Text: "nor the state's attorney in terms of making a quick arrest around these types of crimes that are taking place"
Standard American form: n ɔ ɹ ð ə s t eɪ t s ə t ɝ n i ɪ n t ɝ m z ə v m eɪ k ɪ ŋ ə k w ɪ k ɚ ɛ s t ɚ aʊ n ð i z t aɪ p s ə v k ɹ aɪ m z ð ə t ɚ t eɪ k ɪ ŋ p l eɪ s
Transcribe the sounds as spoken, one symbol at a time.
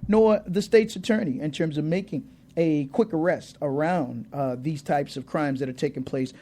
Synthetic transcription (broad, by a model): n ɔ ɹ ð ə s t eɪ t s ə t ɝ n i ɪ n t ɝ m z ə v m eɪ k ɪ ŋ ə k w ɪ k ɚ ɛ s t ɚ aʊ n ð i z t aɪ p s ə v k ɹ aɪ m z ð ə t ɚ t eɪ k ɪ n p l eɪ s